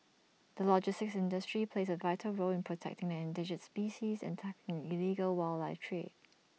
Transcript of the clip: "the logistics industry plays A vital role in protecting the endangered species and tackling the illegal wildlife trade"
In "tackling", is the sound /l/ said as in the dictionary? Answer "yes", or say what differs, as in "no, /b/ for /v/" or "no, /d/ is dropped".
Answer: no, /l/ is dropped